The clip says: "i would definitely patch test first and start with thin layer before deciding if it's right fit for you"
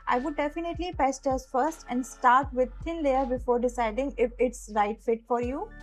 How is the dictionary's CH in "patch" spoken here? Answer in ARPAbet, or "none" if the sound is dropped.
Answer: S